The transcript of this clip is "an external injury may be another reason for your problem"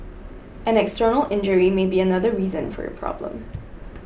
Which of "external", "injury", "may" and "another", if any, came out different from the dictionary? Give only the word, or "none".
none